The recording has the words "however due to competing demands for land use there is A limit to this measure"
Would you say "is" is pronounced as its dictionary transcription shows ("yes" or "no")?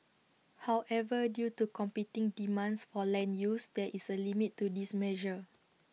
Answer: no